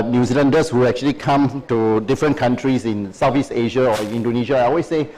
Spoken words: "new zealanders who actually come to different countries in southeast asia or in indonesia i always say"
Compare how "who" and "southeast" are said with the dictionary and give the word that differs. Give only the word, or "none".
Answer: southeast